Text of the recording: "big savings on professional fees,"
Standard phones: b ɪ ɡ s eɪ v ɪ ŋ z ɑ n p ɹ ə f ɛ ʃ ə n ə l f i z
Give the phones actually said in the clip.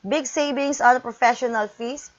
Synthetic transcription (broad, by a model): b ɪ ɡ s eɪ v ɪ ŋ s ɑ n p ɹ ə f ɛ ʃ ə n ə l f i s